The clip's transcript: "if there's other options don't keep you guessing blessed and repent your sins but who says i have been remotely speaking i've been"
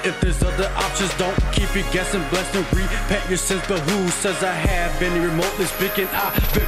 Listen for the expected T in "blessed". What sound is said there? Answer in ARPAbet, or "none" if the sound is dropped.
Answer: none